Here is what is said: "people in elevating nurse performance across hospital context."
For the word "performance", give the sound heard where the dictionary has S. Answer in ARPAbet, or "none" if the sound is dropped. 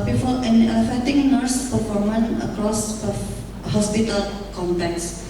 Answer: none